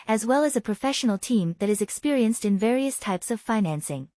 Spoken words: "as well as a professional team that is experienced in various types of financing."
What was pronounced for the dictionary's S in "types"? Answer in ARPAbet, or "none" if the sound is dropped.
S